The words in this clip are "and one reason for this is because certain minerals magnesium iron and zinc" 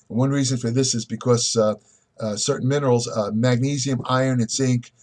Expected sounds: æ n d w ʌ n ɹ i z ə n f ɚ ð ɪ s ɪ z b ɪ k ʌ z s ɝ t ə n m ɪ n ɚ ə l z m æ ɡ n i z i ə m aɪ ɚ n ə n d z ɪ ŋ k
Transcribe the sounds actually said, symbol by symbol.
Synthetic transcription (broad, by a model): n w ʌ n ɹ i z ə n f ɚ ð ɪ s ɪ z b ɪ k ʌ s s ɝ t n m ɪ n ɚ l z m æ ɡ n i z i ə m aɪ ɚ n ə n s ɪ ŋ k